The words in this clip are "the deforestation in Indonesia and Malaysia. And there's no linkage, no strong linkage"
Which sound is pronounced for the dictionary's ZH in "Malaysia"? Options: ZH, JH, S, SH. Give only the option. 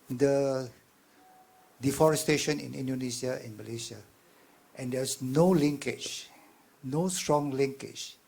S